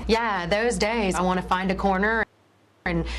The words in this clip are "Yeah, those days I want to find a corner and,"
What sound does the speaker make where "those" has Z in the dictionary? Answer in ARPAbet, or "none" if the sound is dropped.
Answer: Z